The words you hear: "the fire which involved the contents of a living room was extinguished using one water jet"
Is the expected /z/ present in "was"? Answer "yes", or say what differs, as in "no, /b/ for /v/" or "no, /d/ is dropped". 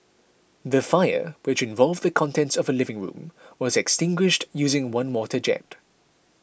yes